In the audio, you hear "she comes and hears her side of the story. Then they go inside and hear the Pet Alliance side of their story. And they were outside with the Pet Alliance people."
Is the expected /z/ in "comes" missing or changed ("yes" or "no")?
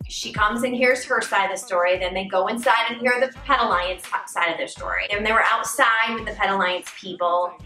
no